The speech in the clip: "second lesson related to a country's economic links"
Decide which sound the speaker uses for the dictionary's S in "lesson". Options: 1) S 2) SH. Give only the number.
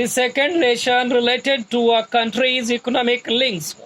2